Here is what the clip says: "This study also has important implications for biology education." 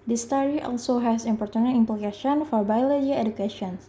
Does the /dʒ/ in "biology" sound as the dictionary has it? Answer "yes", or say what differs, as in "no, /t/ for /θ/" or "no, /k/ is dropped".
no, /dʒ/ is dropped